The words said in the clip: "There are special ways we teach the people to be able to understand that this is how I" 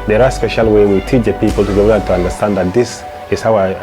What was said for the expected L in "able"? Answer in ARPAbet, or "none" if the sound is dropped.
N